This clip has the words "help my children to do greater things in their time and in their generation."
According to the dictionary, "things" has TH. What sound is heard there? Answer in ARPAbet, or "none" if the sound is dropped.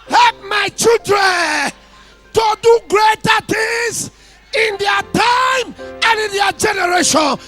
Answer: T